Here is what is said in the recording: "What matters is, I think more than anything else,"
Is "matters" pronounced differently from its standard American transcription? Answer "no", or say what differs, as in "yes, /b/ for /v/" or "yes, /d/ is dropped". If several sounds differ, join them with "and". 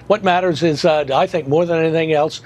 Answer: no